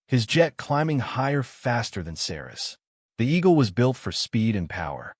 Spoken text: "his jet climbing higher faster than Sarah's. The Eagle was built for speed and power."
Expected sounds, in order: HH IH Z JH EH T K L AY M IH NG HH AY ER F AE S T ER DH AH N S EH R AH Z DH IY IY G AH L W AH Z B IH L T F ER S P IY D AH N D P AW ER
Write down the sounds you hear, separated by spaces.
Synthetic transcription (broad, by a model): HH IH Z JH EH T K L AY M IH NG HH AY ER F AE S T ER DH AH N S EH R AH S DH IY IY G L W AH Z B IH L T F ER S P IY D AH N P AW ER